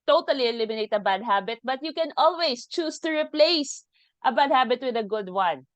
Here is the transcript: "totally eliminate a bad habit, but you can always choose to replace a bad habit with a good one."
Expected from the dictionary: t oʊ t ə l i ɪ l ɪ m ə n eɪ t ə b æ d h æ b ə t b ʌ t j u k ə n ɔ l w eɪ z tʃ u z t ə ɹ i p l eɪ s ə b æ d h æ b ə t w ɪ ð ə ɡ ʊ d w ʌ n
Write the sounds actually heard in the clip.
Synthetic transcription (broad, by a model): t oʊ t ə l i ɪ l ɪ m ə n eɪ t ə b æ d h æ b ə t b ʌ t j u k ə n ɔ l w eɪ s tʃ u s t ə ɹ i p l eɪ s ə b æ d h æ b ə t w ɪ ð ə ɡ ʊ d w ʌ n